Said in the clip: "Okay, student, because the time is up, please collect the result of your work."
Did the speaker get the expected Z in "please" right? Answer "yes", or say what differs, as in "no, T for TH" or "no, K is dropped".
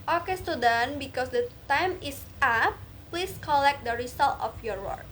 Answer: no, S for Z